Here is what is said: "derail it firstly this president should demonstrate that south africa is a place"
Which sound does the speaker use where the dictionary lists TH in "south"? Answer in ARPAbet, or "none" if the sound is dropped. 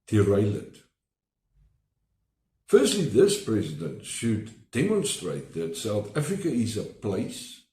TH